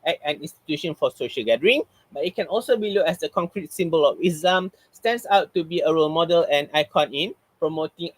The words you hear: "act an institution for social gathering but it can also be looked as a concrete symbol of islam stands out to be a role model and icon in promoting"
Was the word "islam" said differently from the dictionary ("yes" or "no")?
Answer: yes